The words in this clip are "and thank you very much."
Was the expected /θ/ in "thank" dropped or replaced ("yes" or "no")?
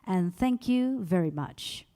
no